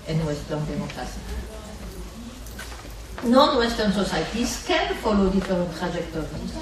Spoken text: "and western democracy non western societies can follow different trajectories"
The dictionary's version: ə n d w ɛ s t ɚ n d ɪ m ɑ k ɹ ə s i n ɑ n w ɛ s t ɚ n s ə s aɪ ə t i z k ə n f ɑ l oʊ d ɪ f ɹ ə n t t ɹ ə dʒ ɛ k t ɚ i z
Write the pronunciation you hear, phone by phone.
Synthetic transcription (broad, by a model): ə n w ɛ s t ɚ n d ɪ m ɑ k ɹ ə s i n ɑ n w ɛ s t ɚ n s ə s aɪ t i s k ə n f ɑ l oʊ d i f ə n t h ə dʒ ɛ k t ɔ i